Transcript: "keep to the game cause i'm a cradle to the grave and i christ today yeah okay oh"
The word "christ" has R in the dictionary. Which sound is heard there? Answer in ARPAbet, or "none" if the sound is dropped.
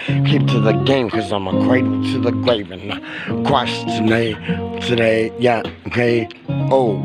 W